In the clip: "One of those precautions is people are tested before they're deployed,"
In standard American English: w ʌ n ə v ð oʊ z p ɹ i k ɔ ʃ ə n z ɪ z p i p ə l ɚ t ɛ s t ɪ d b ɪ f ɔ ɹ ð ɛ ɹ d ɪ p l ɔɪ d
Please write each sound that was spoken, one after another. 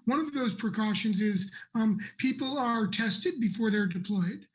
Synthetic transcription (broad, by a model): w ʌ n ə v ð oʊ z p ɹ i k ɔ ʃ ə n z ɪ z p i p l ɚ t ɛ s t ɪ d b ɪ f ɔ ɹ ð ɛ ɹ d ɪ p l ɔɪ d